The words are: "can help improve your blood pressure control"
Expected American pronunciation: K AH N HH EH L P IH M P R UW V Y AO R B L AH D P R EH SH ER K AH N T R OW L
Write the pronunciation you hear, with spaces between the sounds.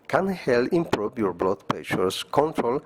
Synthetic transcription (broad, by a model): K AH N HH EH L IH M P R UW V Y AO R B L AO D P EH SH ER K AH N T R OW L